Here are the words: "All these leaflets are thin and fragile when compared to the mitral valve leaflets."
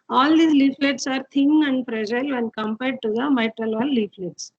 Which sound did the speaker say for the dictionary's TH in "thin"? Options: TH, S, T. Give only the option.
T